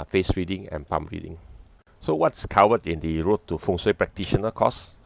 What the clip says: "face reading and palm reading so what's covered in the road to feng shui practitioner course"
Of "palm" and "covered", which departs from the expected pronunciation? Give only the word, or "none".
covered